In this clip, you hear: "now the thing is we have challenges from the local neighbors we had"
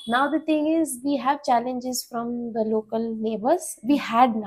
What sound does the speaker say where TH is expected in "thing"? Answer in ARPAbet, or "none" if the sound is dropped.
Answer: T